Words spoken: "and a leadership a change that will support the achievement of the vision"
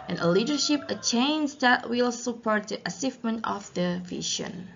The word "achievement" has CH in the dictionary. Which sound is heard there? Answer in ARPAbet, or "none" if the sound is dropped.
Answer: S